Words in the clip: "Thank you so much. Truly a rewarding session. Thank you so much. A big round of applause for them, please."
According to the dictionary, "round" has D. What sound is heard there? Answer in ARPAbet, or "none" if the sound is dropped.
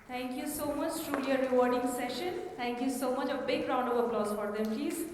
D